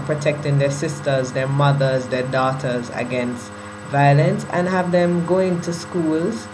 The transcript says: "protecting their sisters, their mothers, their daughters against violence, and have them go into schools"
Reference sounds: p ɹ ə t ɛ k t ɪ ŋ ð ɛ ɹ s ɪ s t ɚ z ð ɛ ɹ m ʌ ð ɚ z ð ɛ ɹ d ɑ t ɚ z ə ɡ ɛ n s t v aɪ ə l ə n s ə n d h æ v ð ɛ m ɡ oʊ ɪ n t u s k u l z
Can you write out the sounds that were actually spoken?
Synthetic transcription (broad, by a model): p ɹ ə t ɛ k t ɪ ŋ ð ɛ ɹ s ɪ s t ɚ z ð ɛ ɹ m ʌ ð ɚ z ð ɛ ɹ d ɑ t ɚ z ə ɡ ɛ n s t v aɪ ə l ə n s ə n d h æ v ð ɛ m ɡ oʊ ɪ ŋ t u s k u l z